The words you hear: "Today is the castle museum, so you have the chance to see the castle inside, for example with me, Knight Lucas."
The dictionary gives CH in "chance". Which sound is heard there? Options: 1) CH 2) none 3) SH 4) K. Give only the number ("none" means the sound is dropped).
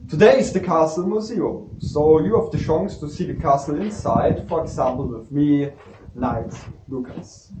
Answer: 3